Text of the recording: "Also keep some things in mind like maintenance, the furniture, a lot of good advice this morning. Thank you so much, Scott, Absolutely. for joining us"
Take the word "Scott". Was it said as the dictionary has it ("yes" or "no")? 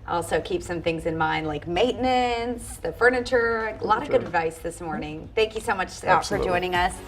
no